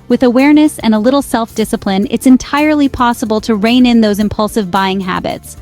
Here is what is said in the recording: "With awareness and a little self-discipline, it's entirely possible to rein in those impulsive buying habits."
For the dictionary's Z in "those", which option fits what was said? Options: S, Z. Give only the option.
Z